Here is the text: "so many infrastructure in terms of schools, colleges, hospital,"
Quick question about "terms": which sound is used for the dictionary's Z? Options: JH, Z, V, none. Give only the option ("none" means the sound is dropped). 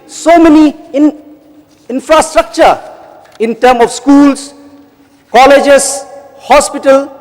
none